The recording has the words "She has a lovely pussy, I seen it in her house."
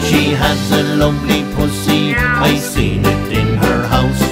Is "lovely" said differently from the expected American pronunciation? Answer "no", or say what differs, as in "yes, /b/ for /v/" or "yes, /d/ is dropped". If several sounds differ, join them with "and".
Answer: yes, /p/ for /v/